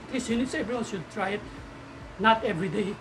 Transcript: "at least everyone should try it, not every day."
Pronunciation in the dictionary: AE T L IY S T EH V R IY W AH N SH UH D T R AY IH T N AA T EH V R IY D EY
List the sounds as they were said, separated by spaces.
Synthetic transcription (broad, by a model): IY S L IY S EH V R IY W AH N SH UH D T R AY IH T N AA T EH V R IY D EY